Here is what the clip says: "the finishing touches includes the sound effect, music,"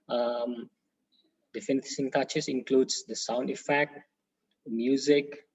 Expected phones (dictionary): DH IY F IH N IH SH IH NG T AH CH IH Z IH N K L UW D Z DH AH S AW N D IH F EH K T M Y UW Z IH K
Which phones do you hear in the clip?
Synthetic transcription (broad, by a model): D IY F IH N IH S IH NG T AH CH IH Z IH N K L UW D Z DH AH S AW N D IH F EH K T M Y UW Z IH K